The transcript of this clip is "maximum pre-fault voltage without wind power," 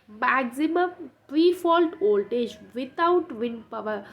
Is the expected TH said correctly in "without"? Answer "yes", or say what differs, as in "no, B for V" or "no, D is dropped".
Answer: no, T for TH